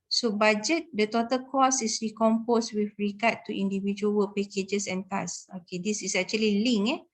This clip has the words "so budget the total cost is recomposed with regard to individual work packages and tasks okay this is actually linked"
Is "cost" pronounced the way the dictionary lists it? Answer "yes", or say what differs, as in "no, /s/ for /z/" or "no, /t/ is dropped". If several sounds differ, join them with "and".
no, /t/ is dropped